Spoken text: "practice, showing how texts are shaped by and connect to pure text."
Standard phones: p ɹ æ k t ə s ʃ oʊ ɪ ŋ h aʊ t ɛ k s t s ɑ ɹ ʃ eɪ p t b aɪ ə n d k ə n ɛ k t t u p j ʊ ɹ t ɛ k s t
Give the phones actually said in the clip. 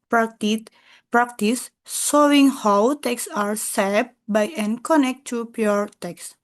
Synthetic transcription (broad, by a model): p ɹ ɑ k t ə s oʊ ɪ ŋ h aʊ t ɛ k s s ɑ ɹ s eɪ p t b aɪ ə n k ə n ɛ k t t u p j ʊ ɹ t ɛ k s